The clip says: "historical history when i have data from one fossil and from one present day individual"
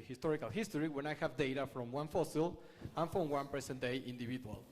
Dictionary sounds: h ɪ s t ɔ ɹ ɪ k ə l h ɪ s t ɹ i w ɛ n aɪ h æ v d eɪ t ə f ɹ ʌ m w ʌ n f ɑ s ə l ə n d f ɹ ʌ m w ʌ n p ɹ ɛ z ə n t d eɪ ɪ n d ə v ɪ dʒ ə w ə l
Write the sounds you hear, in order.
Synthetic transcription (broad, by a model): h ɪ s t ɔ ɹ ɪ k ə l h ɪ s t ɹ i w ɛ n aɪ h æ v d eɪ t ə f ɹ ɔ m w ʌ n f ɑ s ə l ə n f ɹ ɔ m w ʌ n p ɛ s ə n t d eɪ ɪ n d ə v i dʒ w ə l